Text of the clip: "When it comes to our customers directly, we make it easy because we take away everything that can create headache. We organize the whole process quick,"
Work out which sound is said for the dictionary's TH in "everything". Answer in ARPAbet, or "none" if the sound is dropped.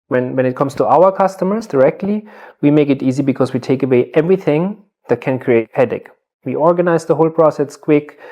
TH